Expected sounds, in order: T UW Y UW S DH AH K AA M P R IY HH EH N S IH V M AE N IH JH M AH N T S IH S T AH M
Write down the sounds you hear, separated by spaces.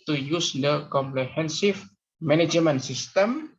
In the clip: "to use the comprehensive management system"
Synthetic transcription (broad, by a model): T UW Y UW S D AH K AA M P L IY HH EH N S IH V M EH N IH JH M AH N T S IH S T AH M